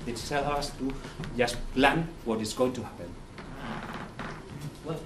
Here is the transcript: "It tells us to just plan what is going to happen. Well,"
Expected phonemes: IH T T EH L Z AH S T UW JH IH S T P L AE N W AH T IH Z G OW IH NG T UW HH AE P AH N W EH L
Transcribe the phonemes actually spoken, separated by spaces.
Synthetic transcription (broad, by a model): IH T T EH L AH S T UW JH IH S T P L AE N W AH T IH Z G OW IH NG T UW HH AE P AH N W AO